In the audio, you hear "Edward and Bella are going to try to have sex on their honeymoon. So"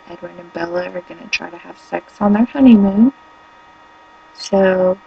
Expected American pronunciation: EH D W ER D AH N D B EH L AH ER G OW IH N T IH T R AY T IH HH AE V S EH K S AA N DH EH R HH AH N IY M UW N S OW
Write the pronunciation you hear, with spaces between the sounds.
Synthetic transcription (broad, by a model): EH D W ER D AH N B EH L AH ER G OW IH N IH T R AY T IH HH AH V S EH K S N DH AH R HH AH N IY M UW N S OW